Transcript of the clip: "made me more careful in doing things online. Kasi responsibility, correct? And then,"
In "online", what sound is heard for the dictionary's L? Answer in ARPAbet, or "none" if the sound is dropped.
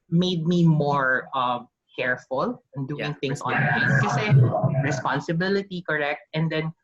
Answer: none